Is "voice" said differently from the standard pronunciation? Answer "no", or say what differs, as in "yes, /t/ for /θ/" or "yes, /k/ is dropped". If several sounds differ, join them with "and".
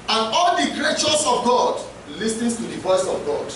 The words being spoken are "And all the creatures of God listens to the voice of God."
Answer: no